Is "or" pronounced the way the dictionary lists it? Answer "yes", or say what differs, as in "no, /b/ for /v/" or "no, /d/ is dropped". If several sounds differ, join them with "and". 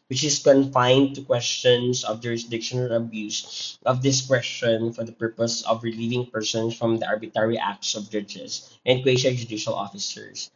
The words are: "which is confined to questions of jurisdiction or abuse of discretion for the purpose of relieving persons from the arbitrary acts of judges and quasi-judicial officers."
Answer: no, /l/ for /ɹ/